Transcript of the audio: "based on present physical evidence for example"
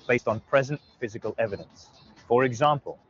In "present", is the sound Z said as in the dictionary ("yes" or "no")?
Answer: yes